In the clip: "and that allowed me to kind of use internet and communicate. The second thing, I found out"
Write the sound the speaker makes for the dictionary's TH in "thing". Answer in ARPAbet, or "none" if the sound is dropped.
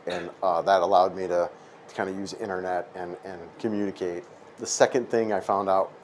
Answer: TH